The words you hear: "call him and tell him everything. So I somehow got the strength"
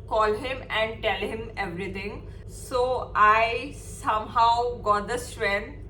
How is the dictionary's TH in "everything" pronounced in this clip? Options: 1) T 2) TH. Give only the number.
1